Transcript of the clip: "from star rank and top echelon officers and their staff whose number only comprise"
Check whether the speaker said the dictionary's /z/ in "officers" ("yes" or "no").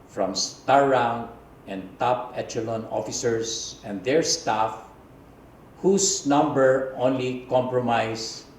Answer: no